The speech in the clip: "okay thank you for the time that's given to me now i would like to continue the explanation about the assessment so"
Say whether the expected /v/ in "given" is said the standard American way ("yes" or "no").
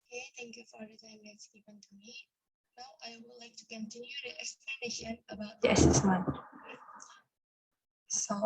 no